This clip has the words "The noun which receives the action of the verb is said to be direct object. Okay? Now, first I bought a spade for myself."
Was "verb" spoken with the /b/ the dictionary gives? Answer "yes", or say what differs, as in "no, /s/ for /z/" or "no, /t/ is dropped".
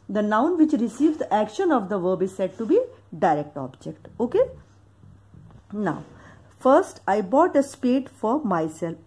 yes